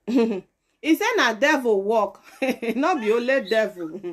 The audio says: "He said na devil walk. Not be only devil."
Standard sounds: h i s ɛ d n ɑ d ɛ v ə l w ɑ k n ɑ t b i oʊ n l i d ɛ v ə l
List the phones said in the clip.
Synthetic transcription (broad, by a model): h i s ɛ n ɑ d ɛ v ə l w ɑ k n ɑ t b i oʊ l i d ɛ v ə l